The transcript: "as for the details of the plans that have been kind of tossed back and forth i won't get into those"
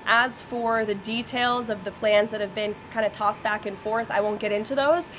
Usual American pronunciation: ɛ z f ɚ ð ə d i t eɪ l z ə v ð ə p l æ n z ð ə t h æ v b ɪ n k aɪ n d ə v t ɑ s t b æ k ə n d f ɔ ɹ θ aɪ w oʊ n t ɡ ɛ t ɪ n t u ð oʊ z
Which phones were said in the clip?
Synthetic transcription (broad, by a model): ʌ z f ɚ ð ə d i t eɪ l z ə v ð ə p l æ n z ð ə t h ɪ v b ɪ n k aɪ n d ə t ɑ s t b æ k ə n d f ɔ ɹ θ aɪ w oʊ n ɡ ɛ t ɪ n t u ð oʊ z